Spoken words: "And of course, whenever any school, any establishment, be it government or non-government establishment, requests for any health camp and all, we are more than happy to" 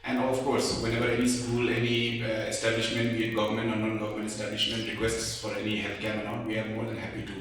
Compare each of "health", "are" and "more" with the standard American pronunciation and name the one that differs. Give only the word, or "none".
health